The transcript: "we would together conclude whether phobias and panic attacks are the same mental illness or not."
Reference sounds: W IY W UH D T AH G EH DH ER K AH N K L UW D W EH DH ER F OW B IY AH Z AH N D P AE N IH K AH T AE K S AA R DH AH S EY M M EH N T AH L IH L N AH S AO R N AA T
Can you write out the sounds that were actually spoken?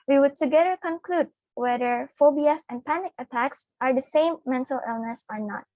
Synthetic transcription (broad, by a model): W IY W UH D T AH G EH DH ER K AH N K L UW D W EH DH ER F OW B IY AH S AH N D P AE N IH K AH T AE K S AA R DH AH S EY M M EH N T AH L IH L N AH S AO R N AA T